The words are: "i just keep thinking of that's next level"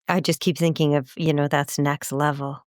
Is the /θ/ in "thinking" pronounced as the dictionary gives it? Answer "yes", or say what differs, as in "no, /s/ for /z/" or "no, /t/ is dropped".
yes